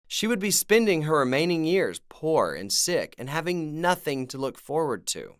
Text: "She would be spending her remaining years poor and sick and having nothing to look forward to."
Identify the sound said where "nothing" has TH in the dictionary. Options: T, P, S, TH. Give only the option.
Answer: TH